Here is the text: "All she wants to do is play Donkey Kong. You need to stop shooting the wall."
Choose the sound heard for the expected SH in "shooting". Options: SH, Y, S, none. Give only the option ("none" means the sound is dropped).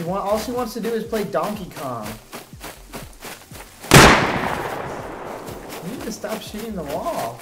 SH